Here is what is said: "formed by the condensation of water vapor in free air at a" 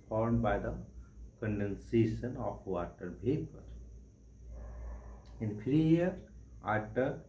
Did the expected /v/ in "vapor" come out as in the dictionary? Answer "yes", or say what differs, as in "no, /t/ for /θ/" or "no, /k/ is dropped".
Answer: no, /b/ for /v/